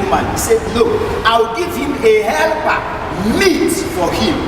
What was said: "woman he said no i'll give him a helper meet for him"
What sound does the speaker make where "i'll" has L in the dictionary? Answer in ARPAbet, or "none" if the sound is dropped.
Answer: W